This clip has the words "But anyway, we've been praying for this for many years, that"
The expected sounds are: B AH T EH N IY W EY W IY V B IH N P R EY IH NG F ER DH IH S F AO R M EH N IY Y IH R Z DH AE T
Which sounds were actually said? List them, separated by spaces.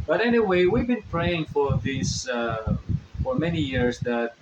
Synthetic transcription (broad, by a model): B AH T EH N IY W EY W IY V B IH N P R EY IH NG F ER DH IH S F AO R M EH N IY Y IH R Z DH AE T